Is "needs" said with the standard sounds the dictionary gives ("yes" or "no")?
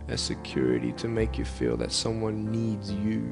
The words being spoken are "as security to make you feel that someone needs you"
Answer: yes